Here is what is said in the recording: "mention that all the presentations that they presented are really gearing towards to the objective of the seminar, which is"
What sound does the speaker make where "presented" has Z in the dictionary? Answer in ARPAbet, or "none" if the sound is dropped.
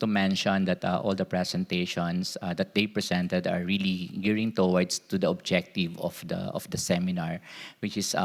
S